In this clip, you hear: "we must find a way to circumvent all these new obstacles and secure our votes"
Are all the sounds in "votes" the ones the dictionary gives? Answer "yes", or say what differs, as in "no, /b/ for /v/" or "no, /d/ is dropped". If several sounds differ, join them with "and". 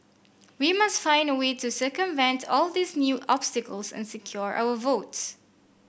yes